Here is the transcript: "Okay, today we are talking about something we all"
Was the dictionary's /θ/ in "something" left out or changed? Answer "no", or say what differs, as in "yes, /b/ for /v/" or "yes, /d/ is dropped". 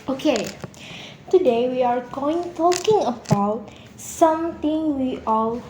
yes, /t/ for /θ/